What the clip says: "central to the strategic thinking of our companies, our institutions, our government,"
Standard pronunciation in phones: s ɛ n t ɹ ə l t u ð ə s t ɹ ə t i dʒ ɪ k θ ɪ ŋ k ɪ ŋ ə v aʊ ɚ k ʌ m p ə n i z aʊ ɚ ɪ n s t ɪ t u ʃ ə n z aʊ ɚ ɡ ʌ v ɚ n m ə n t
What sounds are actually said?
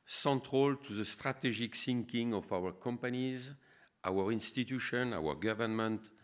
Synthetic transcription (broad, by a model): s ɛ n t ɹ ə l t u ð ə s t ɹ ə t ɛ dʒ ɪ k s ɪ ŋ k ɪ ŋ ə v aʊ ɚ k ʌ m p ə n i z aʊ ɚ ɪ n s t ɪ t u ʃ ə n aʊ ɚ ɡ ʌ v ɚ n m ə n t